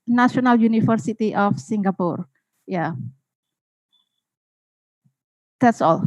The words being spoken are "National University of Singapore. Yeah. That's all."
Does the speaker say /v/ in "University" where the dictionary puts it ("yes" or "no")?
no